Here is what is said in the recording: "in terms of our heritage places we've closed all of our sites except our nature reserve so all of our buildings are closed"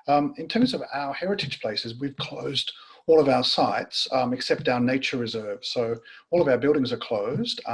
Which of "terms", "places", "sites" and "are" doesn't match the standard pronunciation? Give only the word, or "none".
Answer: none